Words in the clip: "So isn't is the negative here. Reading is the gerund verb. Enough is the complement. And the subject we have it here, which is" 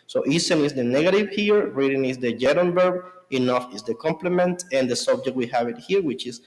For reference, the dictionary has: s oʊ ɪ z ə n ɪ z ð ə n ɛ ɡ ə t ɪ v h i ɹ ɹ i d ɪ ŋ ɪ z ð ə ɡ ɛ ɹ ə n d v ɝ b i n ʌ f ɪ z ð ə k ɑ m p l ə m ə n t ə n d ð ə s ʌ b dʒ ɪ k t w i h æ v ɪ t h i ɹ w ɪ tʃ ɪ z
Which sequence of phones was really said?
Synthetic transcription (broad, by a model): s oʊ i s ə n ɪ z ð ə n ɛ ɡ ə t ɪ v h i ɹ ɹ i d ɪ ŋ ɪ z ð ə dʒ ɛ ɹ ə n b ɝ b i n ʌ f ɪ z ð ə k ɑ m p l ə m ə n t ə n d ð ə s ʌ b dʒ ɪ k t w i h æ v ɪ t h i ɹ w ɪ tʃ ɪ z